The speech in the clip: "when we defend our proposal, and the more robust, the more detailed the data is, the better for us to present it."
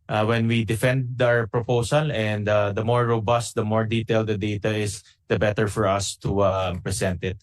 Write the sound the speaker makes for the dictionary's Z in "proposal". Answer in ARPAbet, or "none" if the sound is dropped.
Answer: S